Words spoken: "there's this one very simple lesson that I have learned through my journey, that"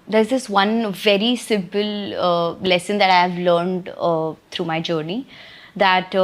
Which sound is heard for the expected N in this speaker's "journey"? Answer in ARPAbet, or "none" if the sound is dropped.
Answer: N